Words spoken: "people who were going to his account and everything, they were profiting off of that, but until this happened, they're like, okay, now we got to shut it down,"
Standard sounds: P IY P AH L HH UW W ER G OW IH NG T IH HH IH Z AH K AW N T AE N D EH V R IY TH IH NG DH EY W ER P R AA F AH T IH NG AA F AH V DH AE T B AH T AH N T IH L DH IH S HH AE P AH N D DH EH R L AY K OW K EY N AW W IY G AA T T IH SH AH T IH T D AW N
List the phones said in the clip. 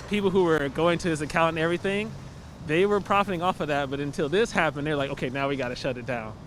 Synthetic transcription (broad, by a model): P IY P L HH UW W ER G OW IH NG T IH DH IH S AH K AW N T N EH V R IY TH IH NG DH EY W ER P R AA F AH T IH NG AA F AH V DH AE T B AH T AH N T IH L DH IH S HH AE P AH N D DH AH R L AY K OW K EY N AW W IY G AA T T IH SH AH T IH T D AW N